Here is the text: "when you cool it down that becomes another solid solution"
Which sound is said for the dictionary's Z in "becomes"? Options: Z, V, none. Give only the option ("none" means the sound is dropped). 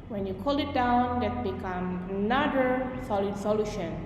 none